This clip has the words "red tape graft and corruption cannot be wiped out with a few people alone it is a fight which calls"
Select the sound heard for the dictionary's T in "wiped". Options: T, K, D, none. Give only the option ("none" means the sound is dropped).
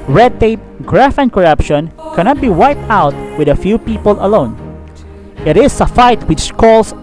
T